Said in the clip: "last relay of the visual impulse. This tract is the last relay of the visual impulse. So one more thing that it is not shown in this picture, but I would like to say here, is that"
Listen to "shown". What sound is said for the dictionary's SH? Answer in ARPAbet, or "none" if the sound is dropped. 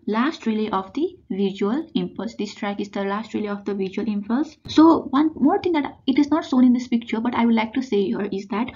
S